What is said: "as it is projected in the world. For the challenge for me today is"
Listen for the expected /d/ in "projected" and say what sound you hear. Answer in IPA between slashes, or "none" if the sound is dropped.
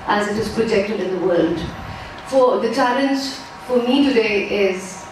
/d/